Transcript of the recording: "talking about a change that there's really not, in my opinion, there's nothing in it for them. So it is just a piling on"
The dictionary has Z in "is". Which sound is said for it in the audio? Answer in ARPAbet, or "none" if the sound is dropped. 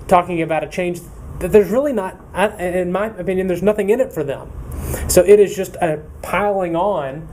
Z